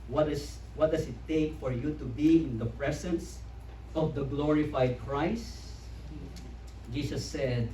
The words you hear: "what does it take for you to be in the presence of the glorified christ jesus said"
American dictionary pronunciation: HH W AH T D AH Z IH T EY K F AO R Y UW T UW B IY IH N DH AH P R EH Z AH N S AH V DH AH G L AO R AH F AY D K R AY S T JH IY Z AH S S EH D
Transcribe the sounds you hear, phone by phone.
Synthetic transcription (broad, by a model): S W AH T D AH S IH T EY K F AO R Y UW T UW B IY IH N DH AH P R EH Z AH N S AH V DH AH G L AO R AH F AY D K R AY S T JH IY S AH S S EH D